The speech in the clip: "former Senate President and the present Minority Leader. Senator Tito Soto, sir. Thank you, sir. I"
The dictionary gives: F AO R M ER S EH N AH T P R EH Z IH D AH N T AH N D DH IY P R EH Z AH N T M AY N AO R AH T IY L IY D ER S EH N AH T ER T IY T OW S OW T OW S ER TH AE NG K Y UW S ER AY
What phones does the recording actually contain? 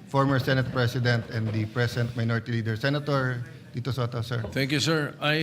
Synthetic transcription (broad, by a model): F AO R M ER S EH N AH T P R EH S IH D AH N T AH N D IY P R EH S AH N T M AY N AO R AH T IY L IY D ER S EH N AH T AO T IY T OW S OW T OW S ER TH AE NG K Y UW S ER AY